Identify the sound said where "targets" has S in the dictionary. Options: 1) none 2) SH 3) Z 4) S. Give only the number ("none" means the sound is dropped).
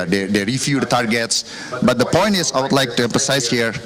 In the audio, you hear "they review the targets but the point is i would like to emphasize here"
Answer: 4